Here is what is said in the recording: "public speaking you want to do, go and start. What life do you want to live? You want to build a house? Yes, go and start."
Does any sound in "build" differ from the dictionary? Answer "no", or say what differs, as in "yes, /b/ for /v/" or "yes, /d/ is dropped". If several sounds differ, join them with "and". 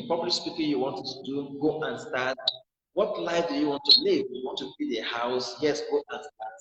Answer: yes, /l/ is dropped